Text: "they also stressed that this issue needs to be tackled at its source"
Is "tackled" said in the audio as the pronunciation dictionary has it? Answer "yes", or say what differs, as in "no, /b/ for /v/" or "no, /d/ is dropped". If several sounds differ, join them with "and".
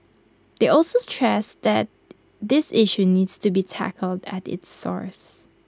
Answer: yes